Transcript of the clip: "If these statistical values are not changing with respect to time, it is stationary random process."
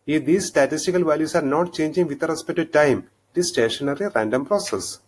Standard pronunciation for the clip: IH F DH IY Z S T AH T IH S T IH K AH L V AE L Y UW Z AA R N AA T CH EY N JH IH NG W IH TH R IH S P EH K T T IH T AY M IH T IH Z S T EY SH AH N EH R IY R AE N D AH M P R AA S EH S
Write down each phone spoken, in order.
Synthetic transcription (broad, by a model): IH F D IY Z S T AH T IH S T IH K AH L V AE L Y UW S AA R N AA T CH EY N JH IH NG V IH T R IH S P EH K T T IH T AY M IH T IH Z S T EY SH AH N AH R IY R AE N D AH M P R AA S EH S